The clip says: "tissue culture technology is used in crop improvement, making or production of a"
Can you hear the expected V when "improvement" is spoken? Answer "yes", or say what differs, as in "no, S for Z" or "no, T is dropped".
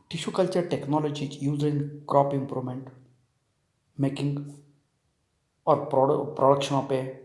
no, V is dropped